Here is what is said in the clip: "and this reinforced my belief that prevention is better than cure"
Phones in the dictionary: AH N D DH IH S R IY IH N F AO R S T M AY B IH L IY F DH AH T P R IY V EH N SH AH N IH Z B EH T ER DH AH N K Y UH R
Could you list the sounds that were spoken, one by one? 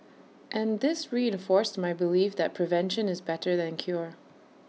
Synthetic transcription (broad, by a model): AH N DH IH S R IY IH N F AO R S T M AY B IH L IY F DH AH T P R IY V EH N SH AH N IH Z B EH T ER DH AH N K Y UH R